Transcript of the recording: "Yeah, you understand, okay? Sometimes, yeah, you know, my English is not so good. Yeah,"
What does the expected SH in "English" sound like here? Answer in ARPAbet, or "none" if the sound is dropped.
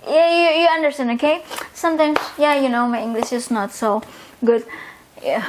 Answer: SH